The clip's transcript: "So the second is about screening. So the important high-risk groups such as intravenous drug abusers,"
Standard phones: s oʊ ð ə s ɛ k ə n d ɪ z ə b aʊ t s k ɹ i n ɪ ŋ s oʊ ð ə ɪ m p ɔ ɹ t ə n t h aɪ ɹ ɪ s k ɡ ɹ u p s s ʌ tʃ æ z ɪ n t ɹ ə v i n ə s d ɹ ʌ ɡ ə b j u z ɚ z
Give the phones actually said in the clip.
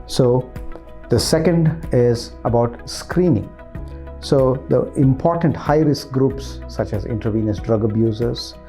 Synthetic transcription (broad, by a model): s oʊ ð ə s ɛ k ə n d ɪ z ə b aʊ t s k ɹ i n ɪ ŋ s oʊ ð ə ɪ m p ɔ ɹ t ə n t h aɪ ɹ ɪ s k ɡ ɹ u p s s ʌ tʃ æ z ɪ n t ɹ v i n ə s d ɹ ʌ ɡ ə b j u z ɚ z